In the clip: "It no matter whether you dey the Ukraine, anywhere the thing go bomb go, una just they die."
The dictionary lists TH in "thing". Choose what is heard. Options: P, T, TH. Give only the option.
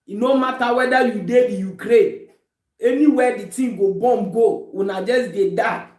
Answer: T